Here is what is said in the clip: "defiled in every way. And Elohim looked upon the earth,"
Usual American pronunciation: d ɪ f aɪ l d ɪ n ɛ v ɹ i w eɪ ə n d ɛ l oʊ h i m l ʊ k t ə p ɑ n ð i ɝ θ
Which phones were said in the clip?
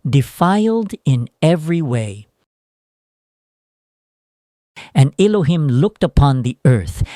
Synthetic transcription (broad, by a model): d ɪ f aɪ l d ɪ n ɛ v ɹ i w eɪ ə n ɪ l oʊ h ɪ m l ʊ k t ə p ɑ n ð i ɝ θ